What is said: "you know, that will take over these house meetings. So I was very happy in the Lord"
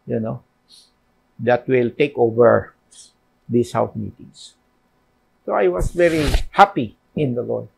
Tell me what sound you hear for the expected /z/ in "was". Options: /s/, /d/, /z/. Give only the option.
/s/